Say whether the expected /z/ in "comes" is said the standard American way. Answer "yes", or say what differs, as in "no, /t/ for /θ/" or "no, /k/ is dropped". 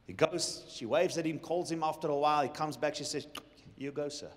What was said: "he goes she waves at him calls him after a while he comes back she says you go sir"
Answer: yes